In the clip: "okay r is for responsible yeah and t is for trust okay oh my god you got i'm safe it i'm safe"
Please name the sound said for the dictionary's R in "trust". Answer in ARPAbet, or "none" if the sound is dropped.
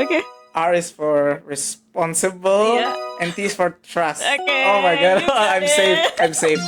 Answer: R